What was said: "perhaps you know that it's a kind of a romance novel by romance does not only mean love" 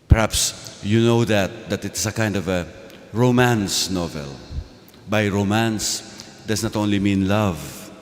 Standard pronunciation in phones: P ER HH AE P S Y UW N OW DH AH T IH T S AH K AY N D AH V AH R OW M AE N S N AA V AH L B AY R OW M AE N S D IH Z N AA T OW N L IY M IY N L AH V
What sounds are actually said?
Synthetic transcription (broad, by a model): P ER HH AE P S Y UW N OW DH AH T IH T S AH K AY N D AH V AH R OW M AE N S N AA V AH L B AY R OW M AE N S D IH S N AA T OW N L IY M IY N L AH V